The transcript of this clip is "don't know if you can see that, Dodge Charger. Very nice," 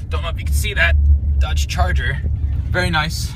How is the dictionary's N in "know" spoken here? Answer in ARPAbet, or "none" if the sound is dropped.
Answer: L